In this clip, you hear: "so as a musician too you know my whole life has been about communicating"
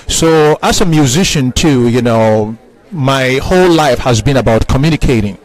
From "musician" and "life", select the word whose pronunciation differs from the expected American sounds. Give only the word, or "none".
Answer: none